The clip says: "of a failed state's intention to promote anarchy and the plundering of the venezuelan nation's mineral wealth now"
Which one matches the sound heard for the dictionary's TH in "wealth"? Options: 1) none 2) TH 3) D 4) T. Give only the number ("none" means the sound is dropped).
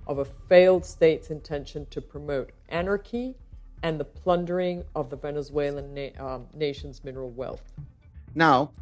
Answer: 2